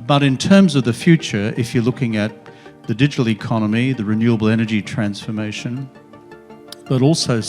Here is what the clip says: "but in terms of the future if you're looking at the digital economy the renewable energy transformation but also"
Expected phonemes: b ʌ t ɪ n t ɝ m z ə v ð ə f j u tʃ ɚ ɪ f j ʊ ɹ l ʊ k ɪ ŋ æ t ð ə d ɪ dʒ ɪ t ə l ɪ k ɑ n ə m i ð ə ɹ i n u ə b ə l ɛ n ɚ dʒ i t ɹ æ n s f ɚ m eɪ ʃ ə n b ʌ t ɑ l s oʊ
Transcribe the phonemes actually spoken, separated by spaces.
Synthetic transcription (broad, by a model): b ʌ t ɪ n t ɝ m z ə v ð ə f j u tʃ ɚ ɪ f j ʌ ɹ l ʊ k ɪ ŋ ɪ t ð ə d ɪ dʒ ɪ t l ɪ k ɑ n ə m i ð ə ɹ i n u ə b l ɛ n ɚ dʒ i t ɹ æ n s f ɚ m eɪ ʃ ə n b ʌ t ɑ l s oʊ